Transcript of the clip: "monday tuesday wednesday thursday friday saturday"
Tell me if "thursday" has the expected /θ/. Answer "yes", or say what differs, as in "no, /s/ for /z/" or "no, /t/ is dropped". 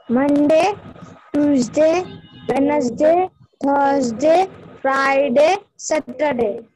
no, /t/ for /θ/